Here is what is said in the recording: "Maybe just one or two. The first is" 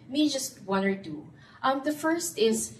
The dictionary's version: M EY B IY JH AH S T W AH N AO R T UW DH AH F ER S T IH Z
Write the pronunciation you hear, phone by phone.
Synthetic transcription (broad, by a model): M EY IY JH AH S T W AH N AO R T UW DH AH F ER S T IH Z